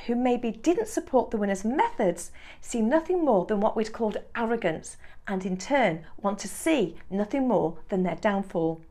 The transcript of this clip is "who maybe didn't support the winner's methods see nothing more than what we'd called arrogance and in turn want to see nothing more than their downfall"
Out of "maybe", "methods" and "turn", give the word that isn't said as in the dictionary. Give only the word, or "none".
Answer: none